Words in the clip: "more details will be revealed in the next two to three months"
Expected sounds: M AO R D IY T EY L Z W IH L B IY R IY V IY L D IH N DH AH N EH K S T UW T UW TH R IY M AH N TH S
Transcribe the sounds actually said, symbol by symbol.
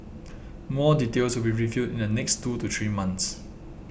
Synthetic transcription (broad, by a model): M AO D IY T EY L S W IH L B IY R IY V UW D IH N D AH N EH K S T UW T UW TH R IY M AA N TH S